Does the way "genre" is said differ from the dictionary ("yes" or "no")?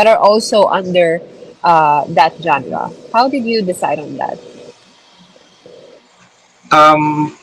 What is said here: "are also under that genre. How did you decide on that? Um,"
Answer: yes